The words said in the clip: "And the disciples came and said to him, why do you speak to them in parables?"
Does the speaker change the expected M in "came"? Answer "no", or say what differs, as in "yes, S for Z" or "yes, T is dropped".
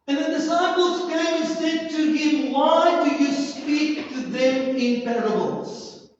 yes, M is dropped